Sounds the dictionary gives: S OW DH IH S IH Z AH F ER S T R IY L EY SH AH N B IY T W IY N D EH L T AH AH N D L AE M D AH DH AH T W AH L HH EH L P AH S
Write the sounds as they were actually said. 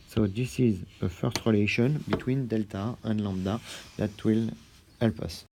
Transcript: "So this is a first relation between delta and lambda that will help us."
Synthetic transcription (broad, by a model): S OW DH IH S IH Z AH F ER S T R IY L EY SH AH N B IY T W IY N D EH L T AH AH N L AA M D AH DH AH T W AH L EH L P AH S